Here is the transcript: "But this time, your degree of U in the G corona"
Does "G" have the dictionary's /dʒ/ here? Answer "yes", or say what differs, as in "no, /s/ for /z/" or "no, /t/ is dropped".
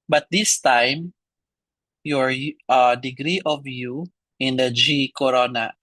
yes